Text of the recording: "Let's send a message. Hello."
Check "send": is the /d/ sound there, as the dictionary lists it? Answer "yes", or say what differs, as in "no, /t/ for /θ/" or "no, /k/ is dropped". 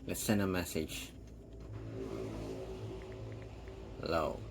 no, /d/ is dropped